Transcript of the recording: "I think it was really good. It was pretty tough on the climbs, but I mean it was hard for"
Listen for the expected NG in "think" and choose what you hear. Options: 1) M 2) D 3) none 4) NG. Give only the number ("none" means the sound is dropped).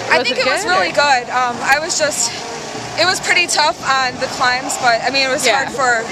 3